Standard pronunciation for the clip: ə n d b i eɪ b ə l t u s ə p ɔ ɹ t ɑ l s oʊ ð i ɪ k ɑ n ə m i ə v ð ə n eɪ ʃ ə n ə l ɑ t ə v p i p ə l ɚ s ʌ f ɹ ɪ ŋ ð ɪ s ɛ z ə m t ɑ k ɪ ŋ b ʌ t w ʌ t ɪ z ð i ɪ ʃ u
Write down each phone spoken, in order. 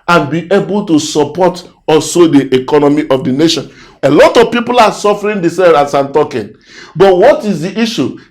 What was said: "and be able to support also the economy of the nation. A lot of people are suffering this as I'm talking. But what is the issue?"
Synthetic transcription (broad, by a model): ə n b i eɪ b ə l t u s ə p ɔ t ɑ l s oʊ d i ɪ k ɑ n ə m i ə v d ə n eɪ ʃ ə n ə l ɑ t ə v p i p ə l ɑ s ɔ f ɹ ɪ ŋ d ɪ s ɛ s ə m t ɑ k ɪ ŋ b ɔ t w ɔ t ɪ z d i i ʃ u